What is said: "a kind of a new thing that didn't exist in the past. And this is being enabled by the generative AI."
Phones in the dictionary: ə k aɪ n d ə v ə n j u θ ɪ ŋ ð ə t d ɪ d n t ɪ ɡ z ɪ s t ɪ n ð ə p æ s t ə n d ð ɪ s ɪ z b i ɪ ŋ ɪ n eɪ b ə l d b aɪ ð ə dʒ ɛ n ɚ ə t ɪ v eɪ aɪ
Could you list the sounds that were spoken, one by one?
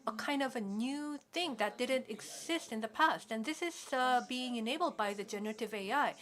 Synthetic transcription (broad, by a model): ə k aɪ n d ə v ə n j u θ ɪ ŋ ð ə t d ɪ d n t ɪ ɡ z ɪ s t ɪ n ð ə p æ s t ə n ð ɪ s ɪ z b i ɪ ŋ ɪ n eɪ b l d b aɪ ð ə dʒ ɛ n ɚ ə t ɪ v eɪ aɪ